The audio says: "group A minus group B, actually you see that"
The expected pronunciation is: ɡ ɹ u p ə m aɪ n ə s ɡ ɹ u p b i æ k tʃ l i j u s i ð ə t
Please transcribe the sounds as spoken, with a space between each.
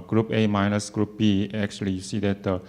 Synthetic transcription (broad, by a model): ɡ ɹ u p ə m aɪ n ə s ɡ ɹ u p b i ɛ k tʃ i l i s i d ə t